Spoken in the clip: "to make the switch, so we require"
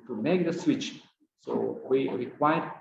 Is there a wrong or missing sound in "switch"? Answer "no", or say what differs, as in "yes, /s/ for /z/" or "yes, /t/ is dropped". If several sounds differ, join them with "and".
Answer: no